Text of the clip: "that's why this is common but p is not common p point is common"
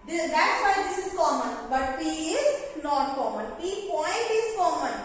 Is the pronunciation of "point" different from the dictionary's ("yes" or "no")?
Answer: no